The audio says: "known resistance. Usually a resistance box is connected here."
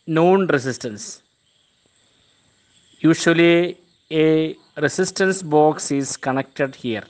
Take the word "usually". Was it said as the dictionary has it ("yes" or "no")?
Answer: no